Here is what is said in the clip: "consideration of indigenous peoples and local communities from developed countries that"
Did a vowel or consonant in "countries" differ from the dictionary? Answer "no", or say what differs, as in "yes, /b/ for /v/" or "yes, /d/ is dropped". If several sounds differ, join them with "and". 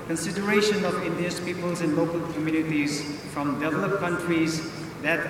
no